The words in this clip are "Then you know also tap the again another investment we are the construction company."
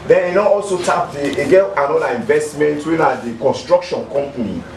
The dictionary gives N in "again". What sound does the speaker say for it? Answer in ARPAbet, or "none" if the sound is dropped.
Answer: L